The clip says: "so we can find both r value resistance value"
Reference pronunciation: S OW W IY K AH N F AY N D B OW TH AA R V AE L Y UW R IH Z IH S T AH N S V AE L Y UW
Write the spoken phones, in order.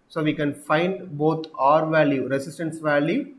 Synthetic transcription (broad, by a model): S OW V IY K AH N F AY N D B OW T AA R V AE L Y UW R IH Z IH S T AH N S V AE L Y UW